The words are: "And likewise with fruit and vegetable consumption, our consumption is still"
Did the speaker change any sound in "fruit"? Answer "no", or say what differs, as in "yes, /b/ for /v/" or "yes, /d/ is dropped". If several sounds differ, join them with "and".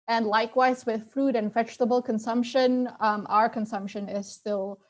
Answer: no